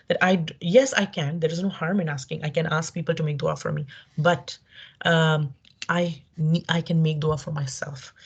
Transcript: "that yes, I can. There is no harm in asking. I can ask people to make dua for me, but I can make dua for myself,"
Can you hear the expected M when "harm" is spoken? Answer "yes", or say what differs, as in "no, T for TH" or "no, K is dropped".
yes